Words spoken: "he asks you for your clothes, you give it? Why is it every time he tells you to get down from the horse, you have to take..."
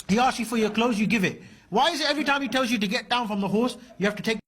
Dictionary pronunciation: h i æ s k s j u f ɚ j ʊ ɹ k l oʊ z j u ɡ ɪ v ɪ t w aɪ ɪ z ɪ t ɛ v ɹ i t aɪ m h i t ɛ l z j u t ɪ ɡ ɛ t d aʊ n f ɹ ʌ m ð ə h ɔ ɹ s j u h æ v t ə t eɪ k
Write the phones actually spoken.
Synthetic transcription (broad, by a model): h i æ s s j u f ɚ j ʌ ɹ k l oʊ z j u ɡ ɪ v ɪ t w aɪ ɪ z ɪ t ɛ v ɹ i t aɪ m h i t ɛ l z j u t ɪ ɡ ɛ t d aʊ n f ɹ ʌ m ð ə h ɔ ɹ s j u h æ f t ə t eɪ k